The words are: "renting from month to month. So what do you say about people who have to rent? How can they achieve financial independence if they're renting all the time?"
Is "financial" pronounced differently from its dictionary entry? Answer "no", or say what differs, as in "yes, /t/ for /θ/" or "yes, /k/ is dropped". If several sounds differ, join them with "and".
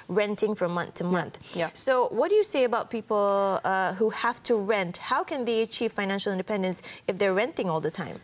no